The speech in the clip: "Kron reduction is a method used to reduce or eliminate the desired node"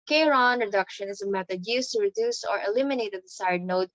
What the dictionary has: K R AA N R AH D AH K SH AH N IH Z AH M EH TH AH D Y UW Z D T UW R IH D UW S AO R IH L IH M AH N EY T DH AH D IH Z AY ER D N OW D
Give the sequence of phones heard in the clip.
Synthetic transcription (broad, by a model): K R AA N R AH D AH K SH AH N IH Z AH M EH T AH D Y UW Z T UW R IH D UW S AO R IH L IH M AH N EY T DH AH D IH S AY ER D N OW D